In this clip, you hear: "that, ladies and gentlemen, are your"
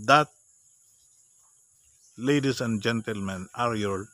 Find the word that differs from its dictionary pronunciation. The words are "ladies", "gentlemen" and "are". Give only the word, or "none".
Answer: ladies